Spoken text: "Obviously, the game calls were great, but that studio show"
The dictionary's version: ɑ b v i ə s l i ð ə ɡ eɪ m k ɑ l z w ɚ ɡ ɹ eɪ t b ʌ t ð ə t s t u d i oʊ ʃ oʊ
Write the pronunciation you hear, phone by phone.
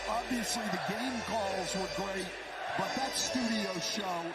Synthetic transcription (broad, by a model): ɑ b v i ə s l i ð ə ɡ eɪ m k ɑ l z w ɚ ɡ ɹ eɪ t b ʌ t ð ə t s t u d i oʊ ʃ oʊ